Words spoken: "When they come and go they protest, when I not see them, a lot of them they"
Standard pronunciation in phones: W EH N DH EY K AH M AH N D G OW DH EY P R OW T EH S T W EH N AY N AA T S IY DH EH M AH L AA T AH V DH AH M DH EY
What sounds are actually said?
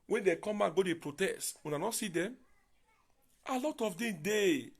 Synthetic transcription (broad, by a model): W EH N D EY K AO M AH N G OW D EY P R OW T EH S T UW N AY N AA S IY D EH M AH L AA T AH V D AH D EY